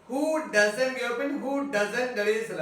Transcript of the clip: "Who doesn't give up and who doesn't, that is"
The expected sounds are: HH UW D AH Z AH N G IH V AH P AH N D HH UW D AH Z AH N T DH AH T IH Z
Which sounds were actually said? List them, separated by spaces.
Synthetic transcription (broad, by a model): HH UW D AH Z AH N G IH AH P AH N HH UW D AH Z AH N T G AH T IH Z